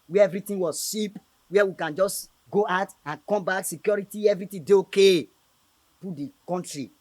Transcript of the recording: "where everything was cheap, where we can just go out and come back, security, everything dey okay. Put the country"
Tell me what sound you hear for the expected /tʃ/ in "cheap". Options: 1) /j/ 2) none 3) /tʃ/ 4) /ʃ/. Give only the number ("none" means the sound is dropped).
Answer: 4